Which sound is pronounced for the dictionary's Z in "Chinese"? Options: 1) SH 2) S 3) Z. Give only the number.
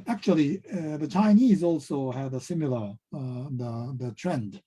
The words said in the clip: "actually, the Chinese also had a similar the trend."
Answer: 3